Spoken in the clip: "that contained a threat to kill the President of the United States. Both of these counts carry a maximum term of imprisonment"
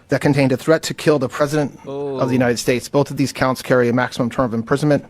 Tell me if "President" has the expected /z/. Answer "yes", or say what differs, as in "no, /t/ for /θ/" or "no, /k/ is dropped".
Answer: yes